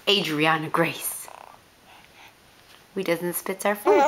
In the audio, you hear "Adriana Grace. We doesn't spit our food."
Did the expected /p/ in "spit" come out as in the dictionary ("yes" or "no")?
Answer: yes